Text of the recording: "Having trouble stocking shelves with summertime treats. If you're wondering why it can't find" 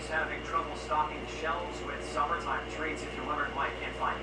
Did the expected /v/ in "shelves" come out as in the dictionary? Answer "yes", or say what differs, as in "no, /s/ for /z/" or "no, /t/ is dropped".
no, /v/ is dropped